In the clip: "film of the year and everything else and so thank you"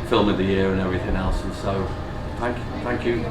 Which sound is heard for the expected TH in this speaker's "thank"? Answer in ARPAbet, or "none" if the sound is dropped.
TH